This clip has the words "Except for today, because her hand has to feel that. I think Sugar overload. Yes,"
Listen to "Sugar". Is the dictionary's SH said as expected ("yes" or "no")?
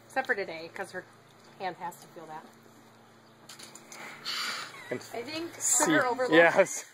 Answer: no